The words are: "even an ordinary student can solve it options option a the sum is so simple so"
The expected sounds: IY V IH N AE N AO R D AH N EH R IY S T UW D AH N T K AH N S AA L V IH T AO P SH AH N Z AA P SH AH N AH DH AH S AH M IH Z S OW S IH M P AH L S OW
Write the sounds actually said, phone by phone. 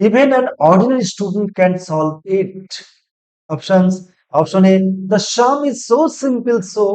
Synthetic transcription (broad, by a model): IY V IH N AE N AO R D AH N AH R IY S T UW D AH N T K AH N S AA L V IH T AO P SH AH N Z AA P SH AH N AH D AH SH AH M IH Z S OW S IH M P AH L S OW